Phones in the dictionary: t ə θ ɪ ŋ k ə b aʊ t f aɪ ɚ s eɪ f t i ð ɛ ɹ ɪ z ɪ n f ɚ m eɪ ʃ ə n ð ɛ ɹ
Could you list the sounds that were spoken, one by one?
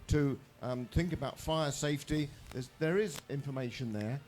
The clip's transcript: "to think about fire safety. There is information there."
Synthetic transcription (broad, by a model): t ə θ ɪ ŋ k ə b aʊ t f aɪ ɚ s eɪ f t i ð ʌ ɹ ɪ z ɪ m f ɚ m eɪ ʃ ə n ð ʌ ɹ